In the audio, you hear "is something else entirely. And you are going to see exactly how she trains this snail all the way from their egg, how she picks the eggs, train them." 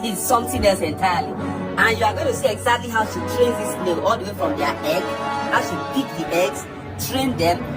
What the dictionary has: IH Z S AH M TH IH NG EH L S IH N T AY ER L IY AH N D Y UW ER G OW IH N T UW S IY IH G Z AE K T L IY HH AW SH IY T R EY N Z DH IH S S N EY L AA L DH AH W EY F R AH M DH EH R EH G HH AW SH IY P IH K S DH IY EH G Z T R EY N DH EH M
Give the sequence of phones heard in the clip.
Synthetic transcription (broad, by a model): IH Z S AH M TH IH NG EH S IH N T AY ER L IY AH N Y UW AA G OW IH N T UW S IY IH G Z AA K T L IY HH AW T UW T R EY N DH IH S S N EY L AA L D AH W EY F R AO M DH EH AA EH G HH AW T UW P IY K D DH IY EH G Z T R EY N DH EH M